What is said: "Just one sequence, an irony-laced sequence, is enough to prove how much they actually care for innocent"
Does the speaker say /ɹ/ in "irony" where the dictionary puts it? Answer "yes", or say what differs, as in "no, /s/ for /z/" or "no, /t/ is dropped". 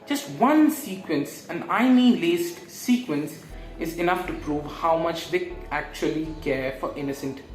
no, /ɹ/ is dropped